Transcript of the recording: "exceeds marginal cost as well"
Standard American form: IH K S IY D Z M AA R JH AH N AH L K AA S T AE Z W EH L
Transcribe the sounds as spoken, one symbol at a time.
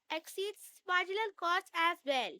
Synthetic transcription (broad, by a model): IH K S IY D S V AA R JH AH L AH L K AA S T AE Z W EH L